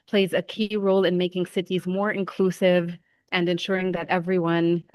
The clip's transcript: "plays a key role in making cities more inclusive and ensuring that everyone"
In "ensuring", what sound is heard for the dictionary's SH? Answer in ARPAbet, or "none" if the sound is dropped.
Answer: SH